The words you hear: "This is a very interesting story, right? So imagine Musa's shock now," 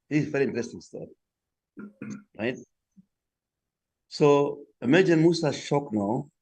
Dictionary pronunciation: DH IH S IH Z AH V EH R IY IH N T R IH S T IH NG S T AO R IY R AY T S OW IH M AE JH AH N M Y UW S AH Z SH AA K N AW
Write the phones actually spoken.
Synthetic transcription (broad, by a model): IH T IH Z V EH R IY IH N T R IH S T IH NG S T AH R R AY T S OW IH M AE JH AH N M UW S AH SH AA K N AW